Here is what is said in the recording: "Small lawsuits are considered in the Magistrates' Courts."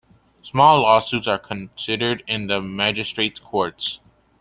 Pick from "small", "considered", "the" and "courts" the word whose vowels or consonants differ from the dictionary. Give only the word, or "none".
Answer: none